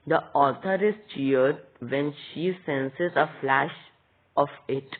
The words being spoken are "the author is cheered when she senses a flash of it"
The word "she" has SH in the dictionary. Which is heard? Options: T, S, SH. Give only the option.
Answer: SH